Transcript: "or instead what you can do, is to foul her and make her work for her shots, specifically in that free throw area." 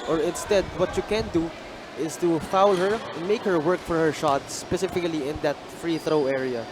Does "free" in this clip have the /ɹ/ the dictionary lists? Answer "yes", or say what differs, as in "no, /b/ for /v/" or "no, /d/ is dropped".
yes